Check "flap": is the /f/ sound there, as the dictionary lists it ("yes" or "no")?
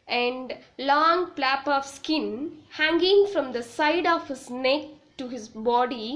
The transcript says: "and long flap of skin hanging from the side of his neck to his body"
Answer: no